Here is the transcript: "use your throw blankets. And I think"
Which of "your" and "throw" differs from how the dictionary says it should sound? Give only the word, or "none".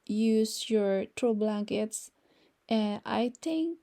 throw